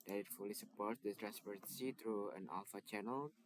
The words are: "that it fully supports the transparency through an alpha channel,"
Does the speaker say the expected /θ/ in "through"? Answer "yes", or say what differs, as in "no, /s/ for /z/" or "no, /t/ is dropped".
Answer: no, /t/ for /θ/